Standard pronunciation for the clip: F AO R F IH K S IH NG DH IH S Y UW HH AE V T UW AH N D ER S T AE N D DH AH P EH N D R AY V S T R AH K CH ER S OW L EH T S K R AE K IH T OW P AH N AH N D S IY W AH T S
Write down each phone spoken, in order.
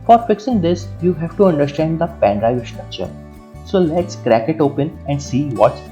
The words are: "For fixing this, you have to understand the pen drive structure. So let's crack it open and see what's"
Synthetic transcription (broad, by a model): F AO R F IH K S IH NG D IH S Y UW HH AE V T UW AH N D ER S T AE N D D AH P EH N D R AY V S T R AH K CH ER S OW L EH T S K R AE K IH T OW P AH N AH N D S IY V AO T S